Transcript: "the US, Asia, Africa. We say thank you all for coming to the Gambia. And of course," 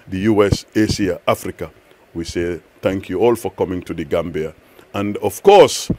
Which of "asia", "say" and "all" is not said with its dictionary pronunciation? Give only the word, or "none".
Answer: asia